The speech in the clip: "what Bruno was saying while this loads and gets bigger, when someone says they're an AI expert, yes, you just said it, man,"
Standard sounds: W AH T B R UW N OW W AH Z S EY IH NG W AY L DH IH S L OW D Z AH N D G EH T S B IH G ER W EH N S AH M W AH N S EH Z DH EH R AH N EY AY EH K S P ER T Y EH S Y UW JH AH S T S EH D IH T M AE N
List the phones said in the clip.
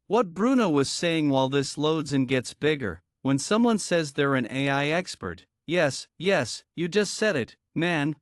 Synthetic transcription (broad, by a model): W AH T B R UW N OW W AH Z S EY IH NG W AY L DH IH S L OW D Z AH N G EH T S B IH G ER W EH N S AH M W AH N S EH Z DH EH R AH N EY AY EH K S P ER T Y EH S Y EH JH AH S T S EH D IH T M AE N